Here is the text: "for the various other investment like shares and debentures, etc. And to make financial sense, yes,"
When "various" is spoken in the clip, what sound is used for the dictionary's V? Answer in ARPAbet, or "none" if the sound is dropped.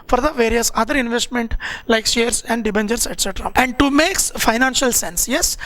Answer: V